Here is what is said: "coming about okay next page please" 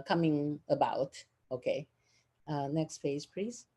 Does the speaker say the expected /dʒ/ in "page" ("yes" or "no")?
no